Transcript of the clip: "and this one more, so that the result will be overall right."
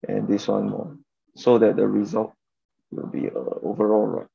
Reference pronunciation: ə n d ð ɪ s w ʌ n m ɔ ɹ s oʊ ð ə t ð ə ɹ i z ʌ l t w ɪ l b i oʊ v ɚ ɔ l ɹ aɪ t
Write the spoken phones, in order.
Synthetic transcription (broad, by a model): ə n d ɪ s w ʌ n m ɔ s oʊ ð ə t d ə ɹ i z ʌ l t w ɪ l b i oʊ v ɚ ɔ l ɹ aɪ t